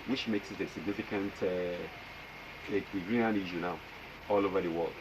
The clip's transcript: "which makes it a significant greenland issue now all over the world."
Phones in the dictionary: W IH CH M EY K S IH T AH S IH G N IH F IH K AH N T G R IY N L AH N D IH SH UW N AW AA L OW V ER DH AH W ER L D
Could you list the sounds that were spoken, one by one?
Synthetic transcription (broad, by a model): W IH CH M EY K S IH T AH S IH G N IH F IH K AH N T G R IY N AH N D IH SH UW N AW AA L OW V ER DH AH W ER L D